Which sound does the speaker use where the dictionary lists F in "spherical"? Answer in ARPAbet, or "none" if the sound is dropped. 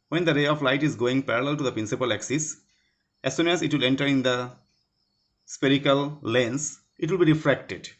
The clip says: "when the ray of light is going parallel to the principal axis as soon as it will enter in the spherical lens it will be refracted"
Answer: P